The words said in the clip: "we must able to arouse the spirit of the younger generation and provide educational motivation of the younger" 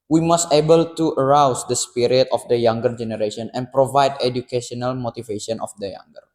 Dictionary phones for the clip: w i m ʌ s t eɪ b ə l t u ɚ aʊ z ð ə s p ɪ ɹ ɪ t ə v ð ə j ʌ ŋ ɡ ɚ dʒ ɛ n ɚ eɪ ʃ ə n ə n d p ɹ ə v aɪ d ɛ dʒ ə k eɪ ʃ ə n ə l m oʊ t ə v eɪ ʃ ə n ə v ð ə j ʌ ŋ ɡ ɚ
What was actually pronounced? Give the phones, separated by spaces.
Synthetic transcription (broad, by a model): w i m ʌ s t eɪ b ə l t u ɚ aʊ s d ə s p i ɹ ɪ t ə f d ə j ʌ ŋ ɡ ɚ dʒ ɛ n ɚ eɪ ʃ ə n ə n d p ɹ ə v aɪ d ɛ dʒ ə k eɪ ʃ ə n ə l m oʊ t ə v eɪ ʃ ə n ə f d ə j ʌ ŋ ɡ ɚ